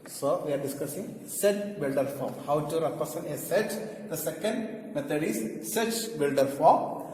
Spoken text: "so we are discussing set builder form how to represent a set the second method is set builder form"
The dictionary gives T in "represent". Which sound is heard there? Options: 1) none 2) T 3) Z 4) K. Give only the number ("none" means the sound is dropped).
1